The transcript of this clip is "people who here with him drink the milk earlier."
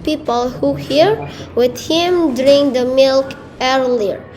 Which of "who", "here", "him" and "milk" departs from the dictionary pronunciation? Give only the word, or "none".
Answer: none